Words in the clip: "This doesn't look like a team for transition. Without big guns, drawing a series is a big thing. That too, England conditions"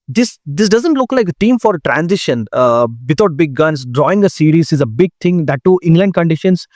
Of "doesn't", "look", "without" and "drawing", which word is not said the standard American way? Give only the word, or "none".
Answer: without